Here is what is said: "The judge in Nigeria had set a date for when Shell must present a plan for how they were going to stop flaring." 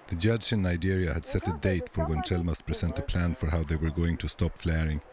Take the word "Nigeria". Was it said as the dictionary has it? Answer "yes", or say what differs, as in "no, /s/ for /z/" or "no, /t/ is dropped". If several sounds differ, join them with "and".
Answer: yes